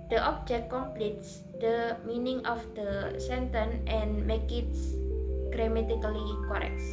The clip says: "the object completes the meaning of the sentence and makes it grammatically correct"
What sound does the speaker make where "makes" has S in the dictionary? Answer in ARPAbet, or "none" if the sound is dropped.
none